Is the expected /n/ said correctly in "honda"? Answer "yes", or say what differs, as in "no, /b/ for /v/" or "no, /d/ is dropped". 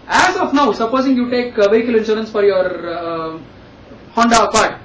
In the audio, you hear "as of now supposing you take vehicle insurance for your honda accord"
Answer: yes